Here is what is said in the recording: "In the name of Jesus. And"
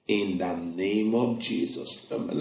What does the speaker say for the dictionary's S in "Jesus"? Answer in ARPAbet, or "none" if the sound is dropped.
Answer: S